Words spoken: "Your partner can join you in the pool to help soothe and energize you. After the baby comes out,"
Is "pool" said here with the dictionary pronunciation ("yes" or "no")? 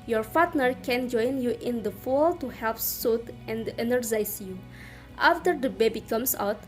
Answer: no